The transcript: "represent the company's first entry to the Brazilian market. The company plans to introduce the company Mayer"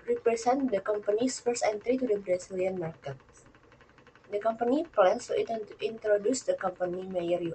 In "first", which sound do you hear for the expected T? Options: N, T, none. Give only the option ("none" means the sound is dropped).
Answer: none